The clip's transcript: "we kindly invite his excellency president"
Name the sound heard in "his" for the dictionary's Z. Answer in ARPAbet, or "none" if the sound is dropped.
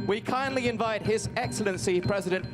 Z